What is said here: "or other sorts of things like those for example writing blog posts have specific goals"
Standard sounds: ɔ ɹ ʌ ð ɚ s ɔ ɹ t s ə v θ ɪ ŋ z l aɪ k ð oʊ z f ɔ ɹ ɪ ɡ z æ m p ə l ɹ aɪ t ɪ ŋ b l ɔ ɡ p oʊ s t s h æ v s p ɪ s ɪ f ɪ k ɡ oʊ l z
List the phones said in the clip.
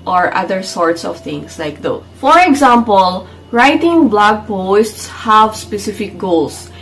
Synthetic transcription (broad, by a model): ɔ ɹ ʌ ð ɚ s ɔ ɹ t s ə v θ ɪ ŋ s l aɪ k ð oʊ f ɔ ɹ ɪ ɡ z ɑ m p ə l ɹ aɪ t ɪ ŋ b l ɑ ɡ p oʊ s t s h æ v s p ɪ s ɪ f ɪ k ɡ oʊ l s